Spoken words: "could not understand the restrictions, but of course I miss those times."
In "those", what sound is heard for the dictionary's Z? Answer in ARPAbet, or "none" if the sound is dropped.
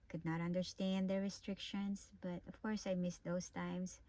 S